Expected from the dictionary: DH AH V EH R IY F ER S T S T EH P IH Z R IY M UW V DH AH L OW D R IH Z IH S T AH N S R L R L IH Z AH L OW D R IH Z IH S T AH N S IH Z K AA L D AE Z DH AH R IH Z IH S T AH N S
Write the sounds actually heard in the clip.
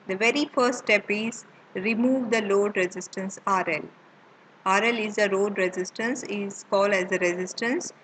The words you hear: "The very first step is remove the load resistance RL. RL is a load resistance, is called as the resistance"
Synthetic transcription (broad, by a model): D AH V EH R IY F ER S T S T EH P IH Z R IY M UW V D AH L OW D R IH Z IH S T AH N S R L R L IH Z AH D OW D R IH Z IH S T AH N S IH Z K AA L D AE Z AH R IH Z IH S T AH N S